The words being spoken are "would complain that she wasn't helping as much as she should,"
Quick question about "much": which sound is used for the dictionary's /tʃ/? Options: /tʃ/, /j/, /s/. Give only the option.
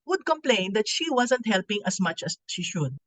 /tʃ/